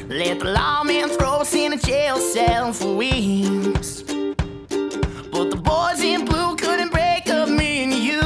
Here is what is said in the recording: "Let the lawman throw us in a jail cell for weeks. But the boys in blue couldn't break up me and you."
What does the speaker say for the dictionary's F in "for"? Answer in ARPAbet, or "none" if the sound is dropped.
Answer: F